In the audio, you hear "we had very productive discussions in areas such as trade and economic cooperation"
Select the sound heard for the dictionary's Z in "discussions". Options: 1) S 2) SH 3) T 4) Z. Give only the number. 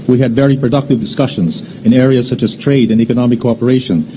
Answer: 4